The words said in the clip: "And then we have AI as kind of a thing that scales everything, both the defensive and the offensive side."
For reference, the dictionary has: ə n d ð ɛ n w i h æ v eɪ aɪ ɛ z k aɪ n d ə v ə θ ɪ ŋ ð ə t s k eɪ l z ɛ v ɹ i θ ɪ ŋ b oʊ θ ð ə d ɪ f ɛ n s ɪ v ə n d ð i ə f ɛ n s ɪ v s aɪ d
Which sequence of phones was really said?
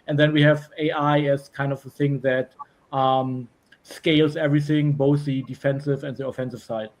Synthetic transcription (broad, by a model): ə n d ð ɛ n w i h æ v eɪ aɪ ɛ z k aɪ n d ə v ə θ ɪ ŋ ð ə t s k eɪ l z ɛ v ɹ i θ ɪ ŋ b oʊ θ ð ə d ɪ f ɛ n s ɪ v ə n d ð i ə f ɛ n s ɪ v s aɪ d